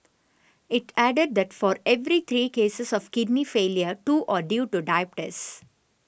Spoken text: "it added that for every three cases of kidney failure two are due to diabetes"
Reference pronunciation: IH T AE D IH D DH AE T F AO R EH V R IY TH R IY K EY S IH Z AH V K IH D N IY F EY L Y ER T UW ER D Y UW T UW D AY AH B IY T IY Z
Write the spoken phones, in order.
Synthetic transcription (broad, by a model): IH T AE D IH D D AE T F AO R EH V R IY T R IY K EY S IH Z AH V K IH D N IY F EY L Y ER T UW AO D Y UW T UW D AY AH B T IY S